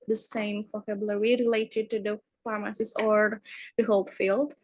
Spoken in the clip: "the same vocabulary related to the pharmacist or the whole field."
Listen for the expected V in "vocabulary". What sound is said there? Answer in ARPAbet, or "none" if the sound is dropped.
F